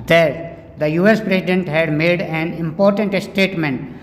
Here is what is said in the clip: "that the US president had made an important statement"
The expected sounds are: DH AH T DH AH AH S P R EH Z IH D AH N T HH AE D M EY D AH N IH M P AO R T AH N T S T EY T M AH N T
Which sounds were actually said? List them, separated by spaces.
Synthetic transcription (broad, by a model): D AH T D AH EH S P R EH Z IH D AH N T HH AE D M EY D AH N IH M P AO R T AH N T S T EY T M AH N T